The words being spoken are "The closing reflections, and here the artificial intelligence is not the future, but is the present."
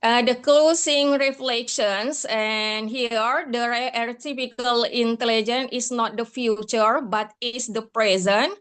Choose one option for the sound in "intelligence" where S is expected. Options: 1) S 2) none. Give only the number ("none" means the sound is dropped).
2